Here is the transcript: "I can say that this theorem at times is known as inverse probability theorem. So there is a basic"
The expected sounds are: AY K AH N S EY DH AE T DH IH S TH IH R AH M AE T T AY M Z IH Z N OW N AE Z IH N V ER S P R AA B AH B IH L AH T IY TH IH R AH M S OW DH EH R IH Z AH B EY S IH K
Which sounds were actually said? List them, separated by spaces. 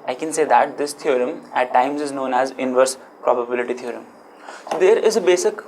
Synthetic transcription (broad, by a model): AY K AH N S EY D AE T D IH S T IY R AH M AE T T AY M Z IH Z N OW N AE Z IH N V ER S P R AA B AH B IH L AH T IY T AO R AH M S OW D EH R IH Z AH B EY S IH K